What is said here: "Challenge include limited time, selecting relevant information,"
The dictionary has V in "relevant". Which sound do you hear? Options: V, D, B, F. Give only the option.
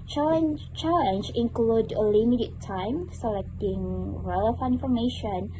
F